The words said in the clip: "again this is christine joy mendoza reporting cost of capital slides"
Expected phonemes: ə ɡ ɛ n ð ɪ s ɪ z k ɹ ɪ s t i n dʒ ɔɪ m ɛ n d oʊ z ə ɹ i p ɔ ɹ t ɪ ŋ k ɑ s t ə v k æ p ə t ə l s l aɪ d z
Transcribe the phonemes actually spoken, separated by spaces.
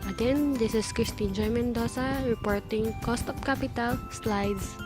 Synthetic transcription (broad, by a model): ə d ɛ n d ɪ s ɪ s k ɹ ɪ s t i n dʒ ɔɪ m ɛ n d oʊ s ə ɹ i p ɔ ɹ t ɪ ŋ k ɑ s t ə p k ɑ p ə t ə l s l aɪ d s